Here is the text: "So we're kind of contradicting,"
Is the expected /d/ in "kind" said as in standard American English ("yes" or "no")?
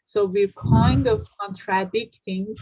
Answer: yes